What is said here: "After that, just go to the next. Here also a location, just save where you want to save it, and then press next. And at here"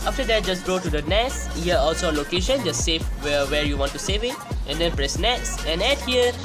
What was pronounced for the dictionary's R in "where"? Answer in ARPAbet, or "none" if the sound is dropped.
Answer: R